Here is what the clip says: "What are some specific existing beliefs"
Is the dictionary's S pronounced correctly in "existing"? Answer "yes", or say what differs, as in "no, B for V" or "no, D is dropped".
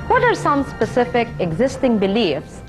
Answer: yes